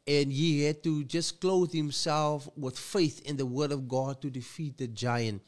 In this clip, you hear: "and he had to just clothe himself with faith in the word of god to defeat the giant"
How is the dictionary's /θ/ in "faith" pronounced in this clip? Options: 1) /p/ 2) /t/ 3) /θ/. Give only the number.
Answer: 3